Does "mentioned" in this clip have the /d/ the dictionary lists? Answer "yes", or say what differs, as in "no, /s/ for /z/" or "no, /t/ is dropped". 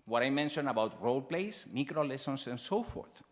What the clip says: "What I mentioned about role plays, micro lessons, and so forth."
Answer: no, /d/ is dropped